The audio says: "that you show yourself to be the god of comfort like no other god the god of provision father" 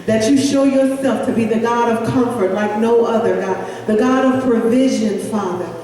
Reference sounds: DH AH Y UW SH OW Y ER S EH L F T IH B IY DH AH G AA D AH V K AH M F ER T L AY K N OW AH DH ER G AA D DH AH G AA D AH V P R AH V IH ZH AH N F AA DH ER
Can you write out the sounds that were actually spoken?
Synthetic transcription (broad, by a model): DH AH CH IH SH OW Y ER S EH L F T IH B IY DH AH G AA D AH V K AH M F ER T L AY K N OW AH DH ER G AA D DH AH G AA D AH V P R AH V IH ZH AH N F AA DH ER